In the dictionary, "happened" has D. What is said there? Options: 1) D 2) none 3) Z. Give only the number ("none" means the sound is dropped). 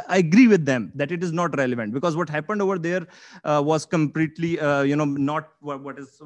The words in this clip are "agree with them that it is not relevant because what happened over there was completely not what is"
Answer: 1